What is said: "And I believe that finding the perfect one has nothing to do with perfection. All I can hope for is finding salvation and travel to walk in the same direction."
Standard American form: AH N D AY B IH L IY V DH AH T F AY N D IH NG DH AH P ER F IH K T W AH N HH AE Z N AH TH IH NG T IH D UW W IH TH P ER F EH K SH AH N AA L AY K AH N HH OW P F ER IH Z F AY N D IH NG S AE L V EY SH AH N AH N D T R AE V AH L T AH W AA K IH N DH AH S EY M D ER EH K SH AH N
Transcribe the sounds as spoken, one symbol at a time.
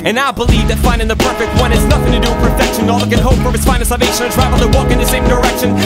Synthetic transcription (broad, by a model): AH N AY B IH L IY V DH AH T F AY N D IH NG DH AH P ER F IH K T W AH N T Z N AH TH IH NG T IH D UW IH P ER F EH K SH AH N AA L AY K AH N HH OW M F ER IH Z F AY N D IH S AE L V EY SH AH N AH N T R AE V L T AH W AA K IH N DH AH S EY M D ER EH K SH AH N